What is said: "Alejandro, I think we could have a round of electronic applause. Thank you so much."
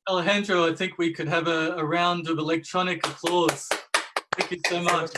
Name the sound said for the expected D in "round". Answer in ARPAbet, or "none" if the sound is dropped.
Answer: D